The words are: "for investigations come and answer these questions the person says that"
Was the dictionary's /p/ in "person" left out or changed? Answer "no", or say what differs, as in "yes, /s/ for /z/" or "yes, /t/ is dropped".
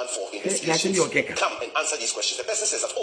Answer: yes, /b/ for /p/